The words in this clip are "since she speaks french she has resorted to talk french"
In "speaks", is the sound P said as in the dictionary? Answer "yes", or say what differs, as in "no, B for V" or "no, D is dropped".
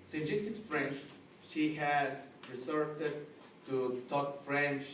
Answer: no, P is dropped